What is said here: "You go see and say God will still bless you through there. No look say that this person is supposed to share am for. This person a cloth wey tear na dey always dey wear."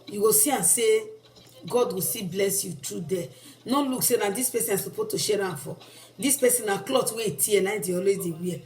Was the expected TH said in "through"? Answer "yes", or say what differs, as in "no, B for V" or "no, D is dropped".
no, T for TH